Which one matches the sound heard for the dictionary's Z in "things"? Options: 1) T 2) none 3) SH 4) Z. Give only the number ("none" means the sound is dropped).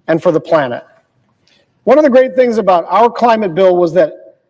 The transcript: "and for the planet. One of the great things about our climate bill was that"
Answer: 4